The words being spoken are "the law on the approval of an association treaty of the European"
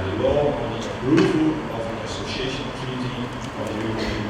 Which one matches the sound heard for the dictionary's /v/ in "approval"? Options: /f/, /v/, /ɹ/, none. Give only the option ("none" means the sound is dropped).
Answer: /f/